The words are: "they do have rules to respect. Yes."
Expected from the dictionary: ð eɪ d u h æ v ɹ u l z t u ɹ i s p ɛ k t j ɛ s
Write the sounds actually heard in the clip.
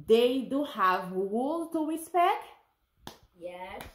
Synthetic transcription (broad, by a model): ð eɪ d u h æ v w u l t u ɹ i s p ɛ k t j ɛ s